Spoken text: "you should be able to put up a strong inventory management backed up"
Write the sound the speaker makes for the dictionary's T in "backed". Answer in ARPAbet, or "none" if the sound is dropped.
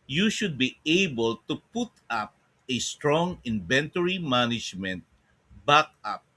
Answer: none